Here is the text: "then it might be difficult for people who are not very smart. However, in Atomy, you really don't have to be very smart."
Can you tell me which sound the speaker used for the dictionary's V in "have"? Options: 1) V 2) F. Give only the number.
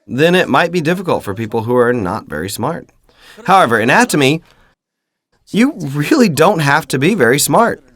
2